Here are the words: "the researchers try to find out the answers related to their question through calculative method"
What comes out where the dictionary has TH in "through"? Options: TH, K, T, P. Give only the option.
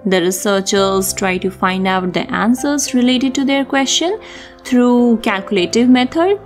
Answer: T